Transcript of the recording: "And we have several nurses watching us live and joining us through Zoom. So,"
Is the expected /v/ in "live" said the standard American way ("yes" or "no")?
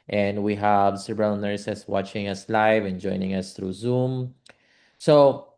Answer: yes